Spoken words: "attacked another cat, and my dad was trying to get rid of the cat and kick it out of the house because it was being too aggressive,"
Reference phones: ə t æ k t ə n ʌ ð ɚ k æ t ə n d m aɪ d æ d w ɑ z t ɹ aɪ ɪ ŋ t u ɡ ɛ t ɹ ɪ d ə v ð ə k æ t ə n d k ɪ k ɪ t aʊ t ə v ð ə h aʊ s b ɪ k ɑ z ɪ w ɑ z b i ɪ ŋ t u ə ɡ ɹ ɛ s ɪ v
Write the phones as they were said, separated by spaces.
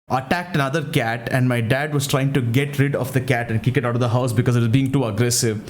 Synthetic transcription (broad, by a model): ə t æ k t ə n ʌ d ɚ k æ t ə n d m aɪ d æ d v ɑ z t ɹ aɪ ɪ ŋ t u ɡ ɛ t ɹ ɪ d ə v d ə k æ t ə n d k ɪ k ɪ t aʊ t ə v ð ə h aʊ s b ɪ k ɑ z ɪ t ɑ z b i ɪ ŋ t u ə ɡ ɹ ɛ s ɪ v